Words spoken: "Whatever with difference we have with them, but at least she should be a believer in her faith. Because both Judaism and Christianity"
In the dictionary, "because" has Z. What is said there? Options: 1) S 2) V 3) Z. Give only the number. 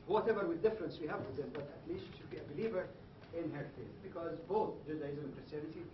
3